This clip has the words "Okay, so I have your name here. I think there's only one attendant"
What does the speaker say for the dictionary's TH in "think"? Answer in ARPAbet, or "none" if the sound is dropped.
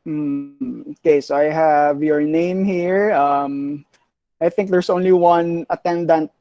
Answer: TH